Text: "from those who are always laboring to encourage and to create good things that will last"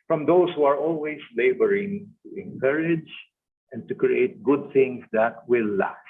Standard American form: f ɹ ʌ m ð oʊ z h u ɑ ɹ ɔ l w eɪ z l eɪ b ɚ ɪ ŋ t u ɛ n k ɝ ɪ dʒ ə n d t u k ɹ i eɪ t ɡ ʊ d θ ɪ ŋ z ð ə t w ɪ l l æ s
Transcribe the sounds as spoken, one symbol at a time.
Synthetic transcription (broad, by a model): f ɹ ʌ m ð oʊ s h u ɑ ɹ ɔ l w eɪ s l eɪ b ɚ ɪ ŋ t u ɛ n k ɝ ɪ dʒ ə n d t u k ɹ i eɪ t ɡ ʊ d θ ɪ ŋ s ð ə t w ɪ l l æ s